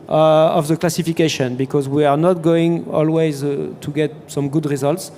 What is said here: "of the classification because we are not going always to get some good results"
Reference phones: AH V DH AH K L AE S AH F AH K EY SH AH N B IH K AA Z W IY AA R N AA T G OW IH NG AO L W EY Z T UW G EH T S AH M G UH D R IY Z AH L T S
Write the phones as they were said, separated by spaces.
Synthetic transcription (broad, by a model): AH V DH AH K L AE S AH F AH K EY SH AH N B IH K AA Z W IY AA R N AA T G OW IH NG AO L W EY Z T UW G EH T S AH M G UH D R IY Z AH L T S